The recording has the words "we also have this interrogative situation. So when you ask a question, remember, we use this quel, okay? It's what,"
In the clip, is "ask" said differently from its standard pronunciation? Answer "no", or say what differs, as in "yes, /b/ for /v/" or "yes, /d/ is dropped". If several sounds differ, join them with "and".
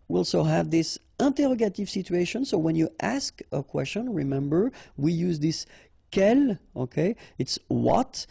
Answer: no